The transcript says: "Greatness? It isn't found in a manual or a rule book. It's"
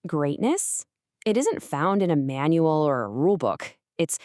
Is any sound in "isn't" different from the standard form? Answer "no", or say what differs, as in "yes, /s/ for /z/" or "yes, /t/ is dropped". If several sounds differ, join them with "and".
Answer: no